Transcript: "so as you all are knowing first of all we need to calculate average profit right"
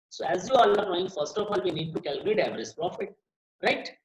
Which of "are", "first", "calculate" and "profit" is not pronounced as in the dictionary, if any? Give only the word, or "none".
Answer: none